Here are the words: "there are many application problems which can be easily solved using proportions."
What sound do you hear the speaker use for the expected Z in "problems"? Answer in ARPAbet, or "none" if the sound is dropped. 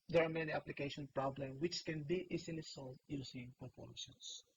none